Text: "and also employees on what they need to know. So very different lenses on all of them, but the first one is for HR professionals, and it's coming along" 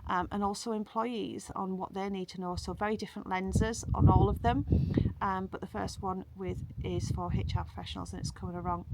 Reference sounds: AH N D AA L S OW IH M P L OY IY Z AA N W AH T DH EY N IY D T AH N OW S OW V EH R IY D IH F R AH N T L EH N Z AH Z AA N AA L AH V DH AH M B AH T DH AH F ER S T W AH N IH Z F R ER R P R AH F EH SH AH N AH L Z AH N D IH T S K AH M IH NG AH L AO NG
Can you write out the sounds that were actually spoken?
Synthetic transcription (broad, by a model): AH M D AA L S OW IH M P L OY IY Z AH N W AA T DH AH N IY D T AH N OW S OW V EH R IY D IH F R AH N T L EH N Z AH Z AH N AA L AH V DH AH M B AH T DH AH F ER S T W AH N IH Z F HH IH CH P R AH F EH SH AH N AH L Z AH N IH T S K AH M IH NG AH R AO NG